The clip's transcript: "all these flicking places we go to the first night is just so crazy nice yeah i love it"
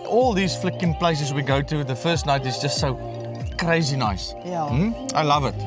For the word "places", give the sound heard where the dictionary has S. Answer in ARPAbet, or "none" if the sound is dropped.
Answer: S